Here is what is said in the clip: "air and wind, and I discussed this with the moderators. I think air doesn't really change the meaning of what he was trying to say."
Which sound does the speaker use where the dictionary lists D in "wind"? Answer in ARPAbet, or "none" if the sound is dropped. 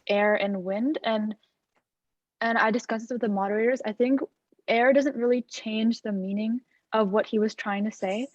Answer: D